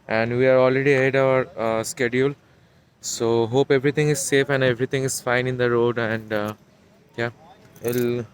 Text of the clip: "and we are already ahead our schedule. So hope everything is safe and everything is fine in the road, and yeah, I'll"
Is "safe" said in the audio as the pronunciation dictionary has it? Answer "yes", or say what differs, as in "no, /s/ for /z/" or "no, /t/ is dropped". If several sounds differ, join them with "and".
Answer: yes